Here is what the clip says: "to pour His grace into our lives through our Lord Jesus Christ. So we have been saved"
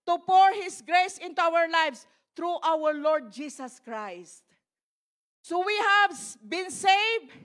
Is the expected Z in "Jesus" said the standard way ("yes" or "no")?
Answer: no